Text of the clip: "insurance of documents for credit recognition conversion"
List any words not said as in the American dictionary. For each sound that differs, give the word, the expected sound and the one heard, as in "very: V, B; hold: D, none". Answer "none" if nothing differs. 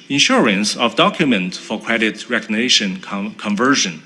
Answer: documents: S, none